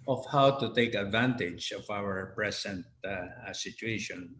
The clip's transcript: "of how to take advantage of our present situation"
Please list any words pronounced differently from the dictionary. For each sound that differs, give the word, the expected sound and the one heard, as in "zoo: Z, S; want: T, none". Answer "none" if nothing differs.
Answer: present: Z, S